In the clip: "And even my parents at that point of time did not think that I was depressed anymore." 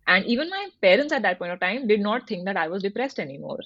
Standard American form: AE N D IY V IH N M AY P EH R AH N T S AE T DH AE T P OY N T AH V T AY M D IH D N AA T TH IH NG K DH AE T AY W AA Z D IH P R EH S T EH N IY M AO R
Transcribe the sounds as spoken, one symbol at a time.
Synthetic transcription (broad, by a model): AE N D IY V IH N M AY P EH R AH N T S AE T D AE T P OY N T AH V T AY M D IH D N AA T T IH NG K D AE T AY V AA Z D IH P R EH S T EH N IY M AO R